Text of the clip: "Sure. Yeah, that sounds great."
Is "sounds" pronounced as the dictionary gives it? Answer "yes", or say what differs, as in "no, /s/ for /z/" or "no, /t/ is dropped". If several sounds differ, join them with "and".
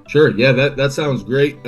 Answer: yes